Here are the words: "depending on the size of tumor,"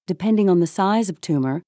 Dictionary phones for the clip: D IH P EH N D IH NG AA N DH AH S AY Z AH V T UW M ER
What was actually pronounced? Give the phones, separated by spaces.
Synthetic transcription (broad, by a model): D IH P EH N D IH NG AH N DH AH S AY Z AH V T UW M ER